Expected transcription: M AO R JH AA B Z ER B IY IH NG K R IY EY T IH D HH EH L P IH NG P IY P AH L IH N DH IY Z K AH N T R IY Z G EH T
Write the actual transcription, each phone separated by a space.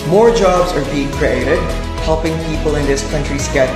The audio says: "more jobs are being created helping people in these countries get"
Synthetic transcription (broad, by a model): M AO R JH AA B Z ER B IY IH NG K R IY EY T IH D HH EH L P IH NG P IY P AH L IH N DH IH S K AH N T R IY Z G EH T